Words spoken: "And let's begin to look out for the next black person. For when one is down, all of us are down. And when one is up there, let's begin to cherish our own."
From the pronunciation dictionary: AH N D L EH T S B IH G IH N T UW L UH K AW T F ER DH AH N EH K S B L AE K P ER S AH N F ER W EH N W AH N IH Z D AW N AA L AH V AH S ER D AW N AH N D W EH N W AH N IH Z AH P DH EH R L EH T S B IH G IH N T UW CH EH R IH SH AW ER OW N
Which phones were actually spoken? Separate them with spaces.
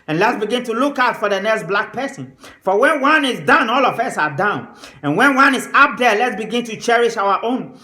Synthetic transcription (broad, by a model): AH N L EH T S B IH G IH N T UW L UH K AW T F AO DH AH N EH K S B L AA K P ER S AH N F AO W EH N W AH N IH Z D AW N AA L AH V AH S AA D AW N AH N W EH N W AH N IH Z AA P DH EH L EH T S B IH G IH N T UW CH EH R IH SH AW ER OW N